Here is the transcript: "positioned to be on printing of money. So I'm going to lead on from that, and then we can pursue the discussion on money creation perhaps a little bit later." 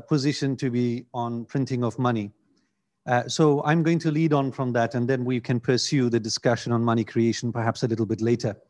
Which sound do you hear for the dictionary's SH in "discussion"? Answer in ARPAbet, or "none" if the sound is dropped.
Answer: SH